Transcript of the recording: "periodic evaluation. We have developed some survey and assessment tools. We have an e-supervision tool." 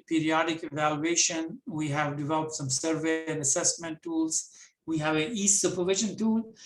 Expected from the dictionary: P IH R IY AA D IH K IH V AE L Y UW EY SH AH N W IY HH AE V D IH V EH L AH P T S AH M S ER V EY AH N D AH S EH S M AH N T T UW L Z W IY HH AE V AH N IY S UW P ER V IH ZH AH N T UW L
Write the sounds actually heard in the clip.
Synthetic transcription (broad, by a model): P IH R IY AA D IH K IH V AE L Y UW EY SH AH N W IY HH AE V D IH V EH L AH P T S AH M S ER V EY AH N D AH S EH S M AH N T T UW L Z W IY HH AE V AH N IY S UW P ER V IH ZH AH N T UW L